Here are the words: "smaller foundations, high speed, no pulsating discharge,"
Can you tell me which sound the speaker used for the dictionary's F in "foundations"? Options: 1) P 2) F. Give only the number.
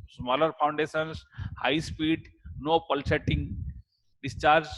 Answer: 1